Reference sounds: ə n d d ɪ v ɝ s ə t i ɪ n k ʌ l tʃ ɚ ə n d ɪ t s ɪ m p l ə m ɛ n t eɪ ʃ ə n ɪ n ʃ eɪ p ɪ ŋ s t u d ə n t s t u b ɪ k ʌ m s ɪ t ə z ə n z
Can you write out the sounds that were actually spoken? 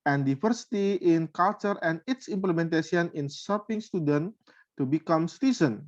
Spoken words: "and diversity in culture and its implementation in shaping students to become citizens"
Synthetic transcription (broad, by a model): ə n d d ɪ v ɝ s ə t i ɪ n k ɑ l tʃ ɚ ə n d ɪ t s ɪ m p l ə m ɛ n t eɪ s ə n ɪ n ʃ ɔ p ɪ ŋ s t u d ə n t t u b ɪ k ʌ m s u t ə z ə n